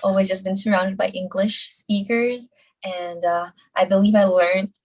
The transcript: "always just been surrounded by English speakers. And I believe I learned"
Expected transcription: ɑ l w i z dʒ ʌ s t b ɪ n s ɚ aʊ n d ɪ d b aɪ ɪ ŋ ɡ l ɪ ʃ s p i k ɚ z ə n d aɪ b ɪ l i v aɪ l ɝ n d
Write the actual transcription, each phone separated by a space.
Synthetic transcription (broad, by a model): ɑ l w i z dʒ ʌ s b ɪ n s ɚ aʊ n d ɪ d b aɪ ɪ ŋ ɡ l ɪ ʃ s p i k ɚ z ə n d aɪ b ɪ l i v aɪ l ɝ n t